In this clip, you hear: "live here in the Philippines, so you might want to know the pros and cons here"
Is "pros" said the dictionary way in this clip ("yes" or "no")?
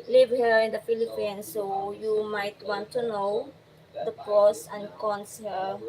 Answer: no